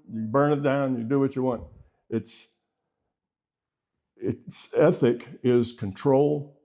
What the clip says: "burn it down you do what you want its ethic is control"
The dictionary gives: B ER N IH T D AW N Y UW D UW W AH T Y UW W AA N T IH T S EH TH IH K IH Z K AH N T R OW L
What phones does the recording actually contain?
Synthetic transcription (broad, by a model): B ER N IH T D AW N Y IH D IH W AH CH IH W AA N T IH T S EH TH IH K IH Z K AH N T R OW L